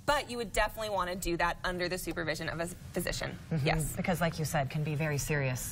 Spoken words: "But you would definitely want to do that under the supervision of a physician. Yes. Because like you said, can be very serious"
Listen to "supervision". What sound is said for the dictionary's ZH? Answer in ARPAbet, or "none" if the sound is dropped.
ZH